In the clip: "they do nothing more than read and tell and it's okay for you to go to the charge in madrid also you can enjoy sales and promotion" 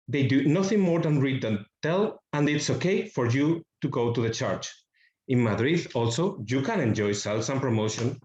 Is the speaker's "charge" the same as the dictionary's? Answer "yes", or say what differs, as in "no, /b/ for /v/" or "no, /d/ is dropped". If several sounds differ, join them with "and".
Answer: no, /tʃ/ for /dʒ/